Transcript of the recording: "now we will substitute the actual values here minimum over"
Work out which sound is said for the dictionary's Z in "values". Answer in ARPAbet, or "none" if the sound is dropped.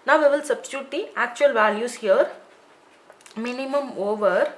S